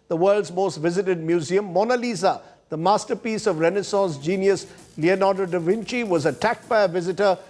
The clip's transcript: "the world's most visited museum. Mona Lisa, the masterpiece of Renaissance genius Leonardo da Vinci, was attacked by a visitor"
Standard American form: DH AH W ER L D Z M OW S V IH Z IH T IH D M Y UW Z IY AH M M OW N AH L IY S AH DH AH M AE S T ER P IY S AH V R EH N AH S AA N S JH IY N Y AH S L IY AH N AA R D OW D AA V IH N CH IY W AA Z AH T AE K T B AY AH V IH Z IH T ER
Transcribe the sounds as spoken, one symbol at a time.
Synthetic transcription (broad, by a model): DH AH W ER L D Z M OW S V IH Z IH T IH D M Y UW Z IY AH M M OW N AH L IY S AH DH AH M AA S T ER P IY S AH V R EH N AH S AA N S JH IY N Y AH S L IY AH N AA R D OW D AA V IH N CH IY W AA Z AH T AE K T B AY AH V IH Z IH T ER